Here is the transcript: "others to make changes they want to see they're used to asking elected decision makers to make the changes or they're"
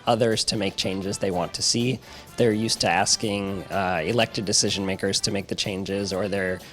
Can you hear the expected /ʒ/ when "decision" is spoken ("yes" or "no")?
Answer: yes